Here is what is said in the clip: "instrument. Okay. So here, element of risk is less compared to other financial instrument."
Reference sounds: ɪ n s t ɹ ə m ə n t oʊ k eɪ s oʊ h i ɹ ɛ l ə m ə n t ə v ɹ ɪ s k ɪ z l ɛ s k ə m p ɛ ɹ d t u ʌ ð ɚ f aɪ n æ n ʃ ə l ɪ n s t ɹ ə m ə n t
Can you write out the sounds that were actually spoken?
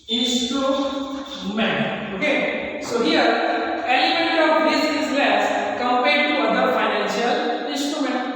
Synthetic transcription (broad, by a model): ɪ n s t ɹ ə m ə n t oʊ k eɪ s oʊ h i ɹ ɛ n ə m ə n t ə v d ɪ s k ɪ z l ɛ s k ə m p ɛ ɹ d t u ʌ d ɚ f aɪ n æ n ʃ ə l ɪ n s t ɹ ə m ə n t